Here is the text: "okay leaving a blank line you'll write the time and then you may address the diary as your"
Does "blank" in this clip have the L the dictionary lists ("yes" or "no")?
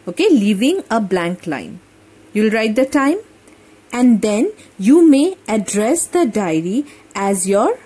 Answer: yes